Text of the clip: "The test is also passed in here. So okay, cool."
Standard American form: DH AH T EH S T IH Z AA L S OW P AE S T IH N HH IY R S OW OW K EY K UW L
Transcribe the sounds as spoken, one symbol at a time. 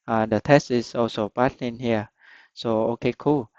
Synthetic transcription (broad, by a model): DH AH T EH S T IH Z AA L S OW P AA T IH N HH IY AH S OW OW K EY K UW L